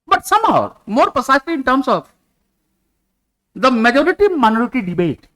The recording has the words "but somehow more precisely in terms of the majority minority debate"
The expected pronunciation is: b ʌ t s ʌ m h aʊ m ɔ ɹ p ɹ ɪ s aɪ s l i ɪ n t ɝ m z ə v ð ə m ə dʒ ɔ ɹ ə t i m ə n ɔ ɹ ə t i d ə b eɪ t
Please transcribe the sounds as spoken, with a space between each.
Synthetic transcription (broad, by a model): b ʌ t s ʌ m h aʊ m ɔ ɹ p ɪ s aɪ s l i ɪ n t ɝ m s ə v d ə m ə dʒ ɔ ɹ ə t i m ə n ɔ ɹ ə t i d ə b eɪ t